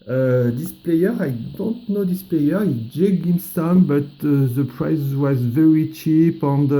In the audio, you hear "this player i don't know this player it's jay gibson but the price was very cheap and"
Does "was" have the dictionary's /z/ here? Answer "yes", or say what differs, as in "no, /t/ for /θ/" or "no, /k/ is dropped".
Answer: yes